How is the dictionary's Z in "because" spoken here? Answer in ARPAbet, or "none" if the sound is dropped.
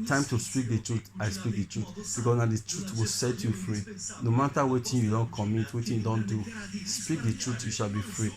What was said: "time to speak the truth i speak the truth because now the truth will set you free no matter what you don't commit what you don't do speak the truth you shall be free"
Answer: S